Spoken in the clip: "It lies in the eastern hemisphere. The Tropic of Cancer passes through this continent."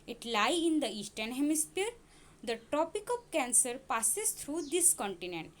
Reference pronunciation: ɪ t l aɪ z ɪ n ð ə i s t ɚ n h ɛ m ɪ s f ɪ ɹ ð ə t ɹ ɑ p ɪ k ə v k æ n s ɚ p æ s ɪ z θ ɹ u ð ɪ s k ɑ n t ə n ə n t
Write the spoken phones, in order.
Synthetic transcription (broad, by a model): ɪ t l aɪ ɪ n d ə i s t ɚ n h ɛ m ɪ s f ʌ ɹ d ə t ɑ p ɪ k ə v k æ n s ɚ p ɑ s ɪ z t ɹ u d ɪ s k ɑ n t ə n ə n t